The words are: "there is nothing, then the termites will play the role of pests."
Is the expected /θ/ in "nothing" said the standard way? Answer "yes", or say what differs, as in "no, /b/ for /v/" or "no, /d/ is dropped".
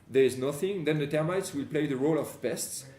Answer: yes